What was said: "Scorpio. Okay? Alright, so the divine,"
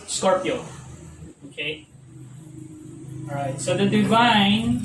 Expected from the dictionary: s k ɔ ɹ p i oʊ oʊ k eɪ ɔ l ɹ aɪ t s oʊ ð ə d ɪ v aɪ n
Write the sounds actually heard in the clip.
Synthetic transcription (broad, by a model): s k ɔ ɹ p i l oʊ k eɪ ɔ ɹ aɪ t s oʊ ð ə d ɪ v aɪ n